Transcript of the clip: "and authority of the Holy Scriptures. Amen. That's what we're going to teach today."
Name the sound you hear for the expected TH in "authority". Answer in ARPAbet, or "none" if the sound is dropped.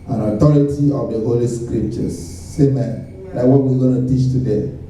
T